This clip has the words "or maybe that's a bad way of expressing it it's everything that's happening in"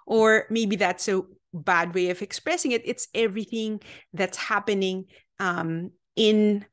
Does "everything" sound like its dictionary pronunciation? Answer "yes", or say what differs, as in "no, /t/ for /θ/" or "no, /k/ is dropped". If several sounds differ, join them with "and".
yes